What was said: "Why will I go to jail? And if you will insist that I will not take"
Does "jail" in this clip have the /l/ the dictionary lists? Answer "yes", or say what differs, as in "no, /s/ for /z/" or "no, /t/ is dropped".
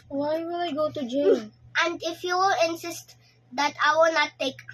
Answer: no, /n/ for /l/